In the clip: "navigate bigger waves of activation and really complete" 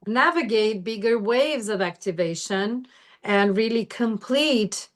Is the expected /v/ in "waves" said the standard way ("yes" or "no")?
yes